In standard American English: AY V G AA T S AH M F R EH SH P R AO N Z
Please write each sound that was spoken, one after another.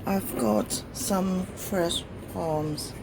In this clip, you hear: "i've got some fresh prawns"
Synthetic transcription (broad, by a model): AY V G AA T S AH M F R EH SH P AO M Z